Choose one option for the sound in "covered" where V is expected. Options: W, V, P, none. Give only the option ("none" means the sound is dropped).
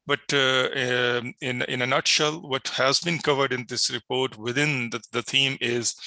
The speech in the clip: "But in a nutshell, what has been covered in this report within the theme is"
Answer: V